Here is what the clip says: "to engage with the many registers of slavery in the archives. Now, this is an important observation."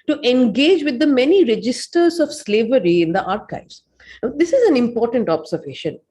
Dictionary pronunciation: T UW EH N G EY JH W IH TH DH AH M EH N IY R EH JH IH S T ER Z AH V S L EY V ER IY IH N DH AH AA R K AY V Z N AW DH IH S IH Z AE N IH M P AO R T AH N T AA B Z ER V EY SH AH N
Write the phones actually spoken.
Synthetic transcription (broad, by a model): T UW EH N G EY JH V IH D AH M EH N IY R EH JH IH S T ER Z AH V S L EY V ER IY IH N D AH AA R K AY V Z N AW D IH S IH Z AE N IH M P AO R T AH N T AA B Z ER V EY SH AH N